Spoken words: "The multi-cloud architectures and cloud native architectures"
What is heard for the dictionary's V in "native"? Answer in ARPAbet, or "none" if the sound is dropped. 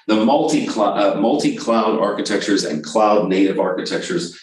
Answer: V